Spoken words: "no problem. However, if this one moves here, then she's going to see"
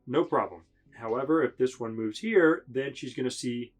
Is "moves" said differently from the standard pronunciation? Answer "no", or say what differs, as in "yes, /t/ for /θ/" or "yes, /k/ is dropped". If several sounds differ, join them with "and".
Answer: no